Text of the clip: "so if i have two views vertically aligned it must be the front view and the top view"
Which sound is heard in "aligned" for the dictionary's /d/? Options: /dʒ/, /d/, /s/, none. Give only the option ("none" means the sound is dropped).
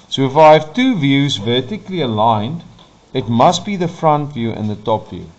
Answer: /d/